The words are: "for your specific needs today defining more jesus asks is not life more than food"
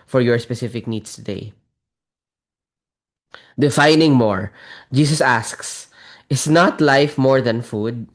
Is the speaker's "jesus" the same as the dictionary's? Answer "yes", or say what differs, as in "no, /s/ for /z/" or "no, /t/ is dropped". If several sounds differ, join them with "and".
no, /s/ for /z/